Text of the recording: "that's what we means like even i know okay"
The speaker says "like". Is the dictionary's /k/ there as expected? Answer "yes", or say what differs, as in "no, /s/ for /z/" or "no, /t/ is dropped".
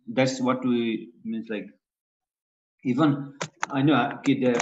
yes